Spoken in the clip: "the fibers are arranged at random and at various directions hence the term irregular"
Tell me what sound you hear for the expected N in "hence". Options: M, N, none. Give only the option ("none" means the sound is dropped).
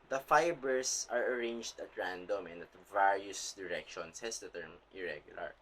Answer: none